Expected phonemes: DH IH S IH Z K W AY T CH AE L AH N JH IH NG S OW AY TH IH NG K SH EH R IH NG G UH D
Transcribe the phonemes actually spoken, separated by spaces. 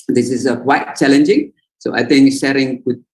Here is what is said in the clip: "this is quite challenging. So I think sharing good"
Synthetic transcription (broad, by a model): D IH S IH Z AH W AY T CH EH L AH N JH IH NG S OW AY T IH NG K SH EH R IH NG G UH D